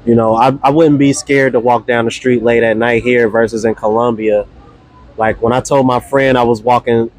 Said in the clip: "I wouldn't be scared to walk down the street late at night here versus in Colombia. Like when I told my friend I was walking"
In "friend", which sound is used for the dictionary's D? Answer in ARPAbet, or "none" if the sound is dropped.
D